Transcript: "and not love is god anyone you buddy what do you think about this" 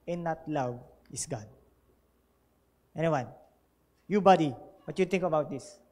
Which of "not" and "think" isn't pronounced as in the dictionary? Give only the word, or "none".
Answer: think